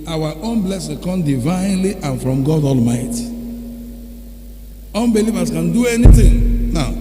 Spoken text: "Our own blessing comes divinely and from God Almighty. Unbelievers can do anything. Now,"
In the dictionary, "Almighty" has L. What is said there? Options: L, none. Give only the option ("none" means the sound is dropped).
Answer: L